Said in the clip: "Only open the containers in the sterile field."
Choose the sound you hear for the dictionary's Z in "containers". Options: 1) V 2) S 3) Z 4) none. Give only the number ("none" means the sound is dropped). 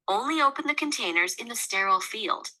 3